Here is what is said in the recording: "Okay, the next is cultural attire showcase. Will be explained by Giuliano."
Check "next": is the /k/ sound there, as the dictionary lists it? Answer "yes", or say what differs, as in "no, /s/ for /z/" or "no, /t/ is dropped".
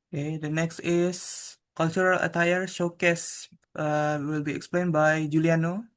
yes